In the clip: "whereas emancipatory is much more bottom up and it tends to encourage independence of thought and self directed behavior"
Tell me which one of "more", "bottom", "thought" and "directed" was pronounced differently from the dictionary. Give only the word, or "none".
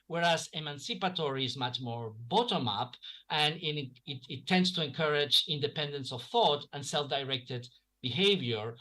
none